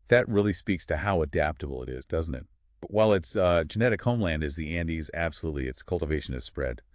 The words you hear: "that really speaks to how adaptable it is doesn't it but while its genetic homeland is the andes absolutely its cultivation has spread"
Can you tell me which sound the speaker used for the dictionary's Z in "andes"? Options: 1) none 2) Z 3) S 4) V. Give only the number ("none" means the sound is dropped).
2